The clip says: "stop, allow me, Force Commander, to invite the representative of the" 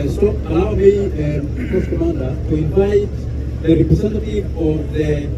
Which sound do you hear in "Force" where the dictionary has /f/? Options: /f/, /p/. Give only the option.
/p/